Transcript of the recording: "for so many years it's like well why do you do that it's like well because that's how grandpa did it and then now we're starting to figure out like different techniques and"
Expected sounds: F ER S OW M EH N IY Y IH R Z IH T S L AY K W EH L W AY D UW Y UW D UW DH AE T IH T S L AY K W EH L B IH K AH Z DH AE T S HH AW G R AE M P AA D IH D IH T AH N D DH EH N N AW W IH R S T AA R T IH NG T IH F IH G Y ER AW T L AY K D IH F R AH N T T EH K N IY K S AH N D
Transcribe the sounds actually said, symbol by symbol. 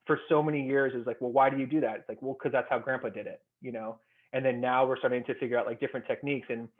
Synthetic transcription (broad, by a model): F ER S OW M EH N IY Y IH R Z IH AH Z L AY K W EH L W AY D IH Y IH D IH DH AE T IH T S L AY K W EH L K AH Z DH AE T S HH AW G R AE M P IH D IH D IH T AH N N DH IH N N AW W IH R S T AA R T IH NG T IH F IH G Y ER AW T L AY K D IH F R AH N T T EH K N IY K S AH N